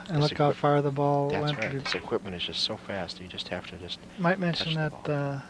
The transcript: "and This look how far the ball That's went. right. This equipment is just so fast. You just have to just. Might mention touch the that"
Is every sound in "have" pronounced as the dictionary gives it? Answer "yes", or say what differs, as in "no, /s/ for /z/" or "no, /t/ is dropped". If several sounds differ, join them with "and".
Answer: no, /f/ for /v/